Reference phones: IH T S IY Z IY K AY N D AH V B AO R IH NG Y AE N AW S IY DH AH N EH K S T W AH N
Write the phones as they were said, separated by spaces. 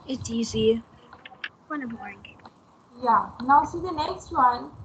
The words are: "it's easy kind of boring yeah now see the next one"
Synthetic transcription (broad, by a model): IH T IY Z IY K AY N AH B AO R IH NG Y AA N AW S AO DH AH N EH K S T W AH N